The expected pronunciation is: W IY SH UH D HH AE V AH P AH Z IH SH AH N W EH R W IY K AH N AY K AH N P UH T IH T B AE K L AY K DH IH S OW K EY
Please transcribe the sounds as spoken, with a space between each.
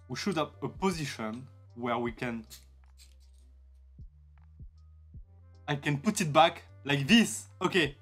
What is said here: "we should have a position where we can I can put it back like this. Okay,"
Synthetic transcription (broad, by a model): W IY SH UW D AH P AH P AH Z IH SH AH N W EH R W IY K AH N AY K AH N P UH T IH T B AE K L AY K DH IH S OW K EY